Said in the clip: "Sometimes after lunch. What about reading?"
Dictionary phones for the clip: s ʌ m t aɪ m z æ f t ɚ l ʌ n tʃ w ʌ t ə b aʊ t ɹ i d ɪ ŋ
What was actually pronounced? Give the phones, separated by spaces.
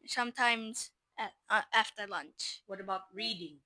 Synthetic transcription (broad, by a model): s ʌ m t aɪ m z æ f t ɚ l ʌ n tʃ w ʌ t ə b aʊ t ɹ i d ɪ ŋ